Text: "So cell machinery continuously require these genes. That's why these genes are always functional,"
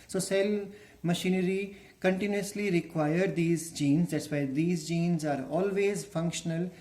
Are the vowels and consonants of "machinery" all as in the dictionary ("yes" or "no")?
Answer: yes